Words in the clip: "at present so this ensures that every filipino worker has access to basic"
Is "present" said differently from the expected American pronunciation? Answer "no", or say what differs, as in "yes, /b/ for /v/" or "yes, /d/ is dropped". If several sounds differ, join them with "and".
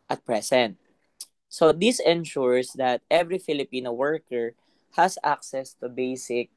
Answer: yes, /s/ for /z/